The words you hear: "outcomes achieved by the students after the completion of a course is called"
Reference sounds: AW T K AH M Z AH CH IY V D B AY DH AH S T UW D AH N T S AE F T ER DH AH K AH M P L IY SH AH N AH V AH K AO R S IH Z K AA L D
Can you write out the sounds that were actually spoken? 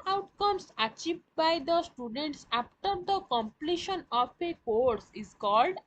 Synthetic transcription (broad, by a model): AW T K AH M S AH CH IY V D B AY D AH S T UW D AH N T S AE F T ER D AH K AH M P L IY SH AH N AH P AH K AO R S IH Z K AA L D